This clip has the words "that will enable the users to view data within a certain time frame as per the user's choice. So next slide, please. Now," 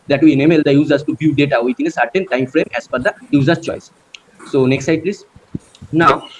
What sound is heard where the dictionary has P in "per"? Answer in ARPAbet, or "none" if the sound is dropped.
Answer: F